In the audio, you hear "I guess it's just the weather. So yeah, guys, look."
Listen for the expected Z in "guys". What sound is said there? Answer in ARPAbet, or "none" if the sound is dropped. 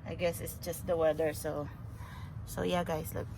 S